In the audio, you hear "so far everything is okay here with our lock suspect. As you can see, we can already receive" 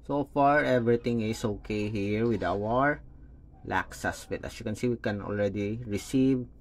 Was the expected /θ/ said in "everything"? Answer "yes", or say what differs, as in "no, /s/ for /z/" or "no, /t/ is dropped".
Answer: no, /t/ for /θ/